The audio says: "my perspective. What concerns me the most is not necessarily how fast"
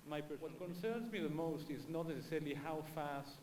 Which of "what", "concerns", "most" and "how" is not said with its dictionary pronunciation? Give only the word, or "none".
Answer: none